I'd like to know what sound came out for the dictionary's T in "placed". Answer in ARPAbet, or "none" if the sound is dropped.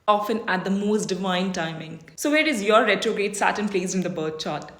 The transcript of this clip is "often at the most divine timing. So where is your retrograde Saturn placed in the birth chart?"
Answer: none